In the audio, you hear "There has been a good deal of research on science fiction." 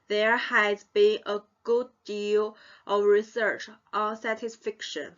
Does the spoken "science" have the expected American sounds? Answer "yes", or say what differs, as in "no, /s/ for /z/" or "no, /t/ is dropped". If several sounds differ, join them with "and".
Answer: no, /n/ is dropped